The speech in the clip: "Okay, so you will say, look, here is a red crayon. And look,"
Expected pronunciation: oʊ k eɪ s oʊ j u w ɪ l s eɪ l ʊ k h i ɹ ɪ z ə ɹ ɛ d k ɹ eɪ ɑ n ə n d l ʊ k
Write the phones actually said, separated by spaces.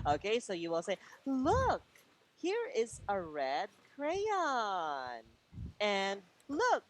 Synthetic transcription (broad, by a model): oʊ k eɪ s oʊ j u w ɪ l s eɪ l ʊ k h i ɹ ɪ z ə ɹ ɛ d k ɹ eɪ ɑ n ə n l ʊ k